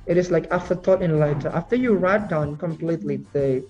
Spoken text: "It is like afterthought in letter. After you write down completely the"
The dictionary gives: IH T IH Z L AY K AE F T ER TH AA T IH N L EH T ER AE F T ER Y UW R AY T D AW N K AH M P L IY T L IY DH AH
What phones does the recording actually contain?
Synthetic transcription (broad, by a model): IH T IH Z L AY K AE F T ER T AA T IH N L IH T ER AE F T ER Y UW R AY T D AW N K AH M P L IY T L IY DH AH